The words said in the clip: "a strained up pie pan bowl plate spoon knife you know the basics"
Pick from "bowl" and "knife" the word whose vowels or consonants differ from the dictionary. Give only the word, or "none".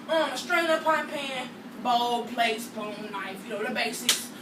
knife